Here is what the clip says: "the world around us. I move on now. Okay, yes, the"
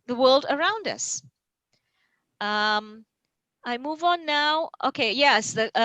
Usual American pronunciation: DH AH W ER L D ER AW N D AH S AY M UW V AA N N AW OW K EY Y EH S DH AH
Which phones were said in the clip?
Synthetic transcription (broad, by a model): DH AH W ER L D ER AW N D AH S AY M UW V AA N N AW OW K EY Y EH S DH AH